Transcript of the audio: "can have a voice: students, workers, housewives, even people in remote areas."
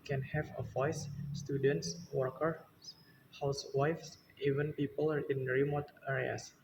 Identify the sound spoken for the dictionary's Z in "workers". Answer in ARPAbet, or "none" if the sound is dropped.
none